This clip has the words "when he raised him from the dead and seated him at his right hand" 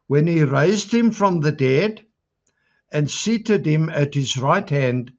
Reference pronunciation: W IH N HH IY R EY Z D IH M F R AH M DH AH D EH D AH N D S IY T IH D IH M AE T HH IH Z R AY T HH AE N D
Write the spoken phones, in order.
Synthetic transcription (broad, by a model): W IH N IY R EY Z D IH M F R AH M DH AH D EH D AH N S IY T IH D IH M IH T HH IH Z R AY T HH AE N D